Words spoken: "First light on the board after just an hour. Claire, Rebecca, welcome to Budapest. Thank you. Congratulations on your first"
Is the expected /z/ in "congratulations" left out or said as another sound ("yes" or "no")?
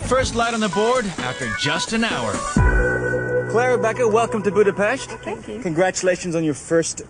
no